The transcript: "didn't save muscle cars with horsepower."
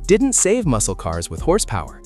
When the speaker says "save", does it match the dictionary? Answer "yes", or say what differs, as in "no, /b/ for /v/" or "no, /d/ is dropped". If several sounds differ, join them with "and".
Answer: yes